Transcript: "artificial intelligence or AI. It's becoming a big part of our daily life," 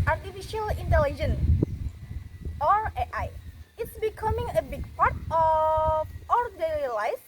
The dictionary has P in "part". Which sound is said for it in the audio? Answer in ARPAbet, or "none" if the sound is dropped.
P